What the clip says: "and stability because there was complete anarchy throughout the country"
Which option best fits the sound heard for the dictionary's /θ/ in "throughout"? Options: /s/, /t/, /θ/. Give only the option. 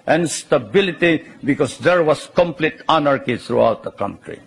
/t/